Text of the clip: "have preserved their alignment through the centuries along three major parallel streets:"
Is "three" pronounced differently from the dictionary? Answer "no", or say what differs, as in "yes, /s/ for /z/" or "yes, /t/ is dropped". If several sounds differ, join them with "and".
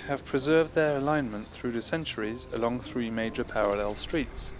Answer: no